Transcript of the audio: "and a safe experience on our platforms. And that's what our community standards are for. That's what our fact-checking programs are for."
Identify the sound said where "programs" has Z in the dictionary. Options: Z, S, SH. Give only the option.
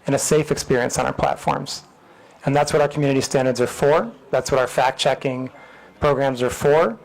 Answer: Z